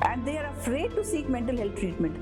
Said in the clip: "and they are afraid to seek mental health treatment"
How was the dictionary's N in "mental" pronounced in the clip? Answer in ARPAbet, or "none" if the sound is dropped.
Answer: N